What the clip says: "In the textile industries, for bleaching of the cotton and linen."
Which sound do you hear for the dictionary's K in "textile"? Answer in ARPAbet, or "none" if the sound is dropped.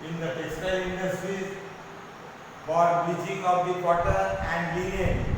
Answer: none